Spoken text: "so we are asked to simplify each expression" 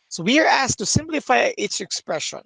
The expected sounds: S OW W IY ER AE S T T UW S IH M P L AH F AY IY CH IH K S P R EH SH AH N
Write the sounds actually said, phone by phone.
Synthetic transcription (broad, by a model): S OW W IY ER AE S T T UW S IH M P L AH F AY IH S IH K S P R EH SH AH N